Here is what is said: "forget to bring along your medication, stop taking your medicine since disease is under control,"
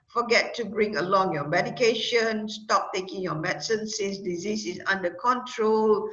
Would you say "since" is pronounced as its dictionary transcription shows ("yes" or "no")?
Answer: no